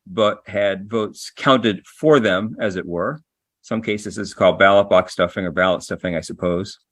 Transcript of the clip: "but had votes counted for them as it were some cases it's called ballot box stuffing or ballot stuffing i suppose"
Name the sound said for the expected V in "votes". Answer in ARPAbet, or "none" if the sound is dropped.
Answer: V